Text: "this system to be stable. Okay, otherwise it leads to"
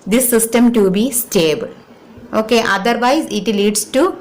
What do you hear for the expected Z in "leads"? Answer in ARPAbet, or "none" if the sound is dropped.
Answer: S